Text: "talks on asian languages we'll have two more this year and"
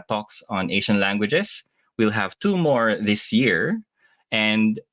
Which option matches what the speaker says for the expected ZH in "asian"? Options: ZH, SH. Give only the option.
SH